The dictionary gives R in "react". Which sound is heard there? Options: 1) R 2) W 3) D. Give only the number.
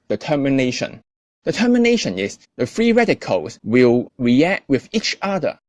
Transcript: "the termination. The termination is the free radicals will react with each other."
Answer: 1